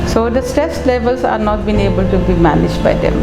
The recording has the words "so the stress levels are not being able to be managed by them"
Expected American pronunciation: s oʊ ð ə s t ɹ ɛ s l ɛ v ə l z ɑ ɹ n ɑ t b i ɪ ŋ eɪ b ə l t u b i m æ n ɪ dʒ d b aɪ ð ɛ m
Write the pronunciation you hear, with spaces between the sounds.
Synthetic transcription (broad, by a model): s oʊ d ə s t ɛ s l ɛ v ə l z ɑ ɹ n ɑ t b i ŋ eɪ b ə l t u b i m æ n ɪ dʒ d b aɪ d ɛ m